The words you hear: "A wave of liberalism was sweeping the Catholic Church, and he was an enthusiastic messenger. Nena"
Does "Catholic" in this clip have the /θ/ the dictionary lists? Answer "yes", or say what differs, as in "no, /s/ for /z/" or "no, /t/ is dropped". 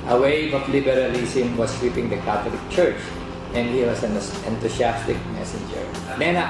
no, /t/ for /θ/